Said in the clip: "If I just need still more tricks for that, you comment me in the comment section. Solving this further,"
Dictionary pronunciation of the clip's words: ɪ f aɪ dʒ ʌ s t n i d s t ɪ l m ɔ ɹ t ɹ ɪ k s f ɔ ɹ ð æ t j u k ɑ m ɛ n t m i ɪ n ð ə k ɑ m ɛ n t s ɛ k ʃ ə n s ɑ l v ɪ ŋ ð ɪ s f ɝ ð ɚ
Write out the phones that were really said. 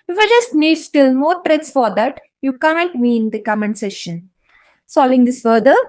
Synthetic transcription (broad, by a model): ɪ f aɪ dʒ ʌ s t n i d s t ɪ l m ɔ ɹ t ɹ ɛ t s f ɔ ɹ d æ t j u k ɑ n n t m i n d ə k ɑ m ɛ n s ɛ ʃ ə n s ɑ l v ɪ ŋ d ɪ s f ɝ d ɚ